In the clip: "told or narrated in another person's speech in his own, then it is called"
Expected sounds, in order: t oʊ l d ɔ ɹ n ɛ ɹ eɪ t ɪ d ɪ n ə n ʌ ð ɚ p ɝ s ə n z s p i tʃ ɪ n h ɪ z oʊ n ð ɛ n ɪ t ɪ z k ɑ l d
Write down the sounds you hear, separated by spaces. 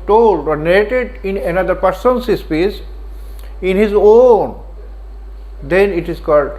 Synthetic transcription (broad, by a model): t oʊ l d ɔ ɹ n ɛ ɹ eɪ t ɪ d ɪ n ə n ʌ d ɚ p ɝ s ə n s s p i s ɪ n h ɪ z oʊ n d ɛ n ɪ t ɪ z k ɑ l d